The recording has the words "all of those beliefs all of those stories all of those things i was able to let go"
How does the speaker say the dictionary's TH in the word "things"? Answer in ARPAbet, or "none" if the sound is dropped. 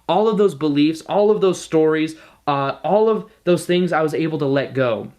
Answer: TH